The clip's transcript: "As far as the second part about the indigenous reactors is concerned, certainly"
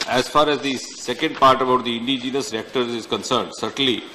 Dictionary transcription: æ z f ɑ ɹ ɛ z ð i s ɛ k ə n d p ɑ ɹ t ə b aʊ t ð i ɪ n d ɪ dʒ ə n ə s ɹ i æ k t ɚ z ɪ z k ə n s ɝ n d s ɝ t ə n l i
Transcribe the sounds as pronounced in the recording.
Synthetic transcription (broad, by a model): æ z f ɑ ɹ ɛ z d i s ɛ k ə n d p ɑ ɹ t ə b aʊ t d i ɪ n d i dʒ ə n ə s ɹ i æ k t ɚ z ɪ z k ə n s ɝ n d s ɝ t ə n l i